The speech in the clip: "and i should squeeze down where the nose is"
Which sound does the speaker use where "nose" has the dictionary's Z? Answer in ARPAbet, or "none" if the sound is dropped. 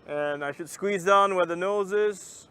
Z